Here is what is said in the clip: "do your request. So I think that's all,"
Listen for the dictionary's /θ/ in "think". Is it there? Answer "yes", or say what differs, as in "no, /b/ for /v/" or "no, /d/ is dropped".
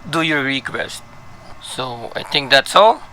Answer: no, /t/ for /θ/